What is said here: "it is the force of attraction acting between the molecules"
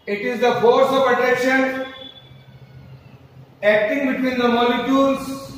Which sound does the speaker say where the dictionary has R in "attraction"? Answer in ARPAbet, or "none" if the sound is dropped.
none